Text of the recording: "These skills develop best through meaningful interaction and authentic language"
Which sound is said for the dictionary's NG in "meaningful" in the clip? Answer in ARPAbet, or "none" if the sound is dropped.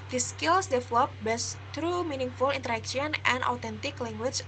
NG